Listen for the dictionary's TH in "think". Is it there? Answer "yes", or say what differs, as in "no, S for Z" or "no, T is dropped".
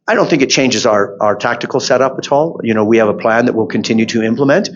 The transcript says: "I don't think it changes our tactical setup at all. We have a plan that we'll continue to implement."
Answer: yes